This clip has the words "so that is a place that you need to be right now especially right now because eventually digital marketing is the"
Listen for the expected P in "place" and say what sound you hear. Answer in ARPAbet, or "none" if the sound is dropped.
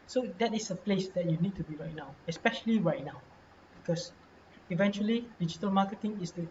P